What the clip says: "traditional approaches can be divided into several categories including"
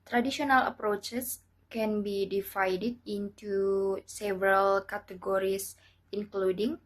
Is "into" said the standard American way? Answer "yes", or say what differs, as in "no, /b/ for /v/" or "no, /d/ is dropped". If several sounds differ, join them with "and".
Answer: yes